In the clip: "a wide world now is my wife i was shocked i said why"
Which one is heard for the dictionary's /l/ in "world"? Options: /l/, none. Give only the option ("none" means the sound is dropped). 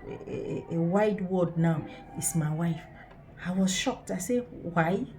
none